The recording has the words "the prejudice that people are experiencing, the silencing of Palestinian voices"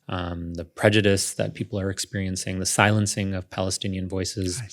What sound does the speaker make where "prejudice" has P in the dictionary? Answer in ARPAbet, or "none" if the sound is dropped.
P